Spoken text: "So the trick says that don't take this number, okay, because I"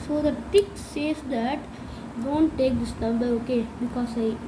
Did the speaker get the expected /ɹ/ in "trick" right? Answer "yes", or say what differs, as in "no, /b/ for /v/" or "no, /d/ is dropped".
no, /ɹ/ is dropped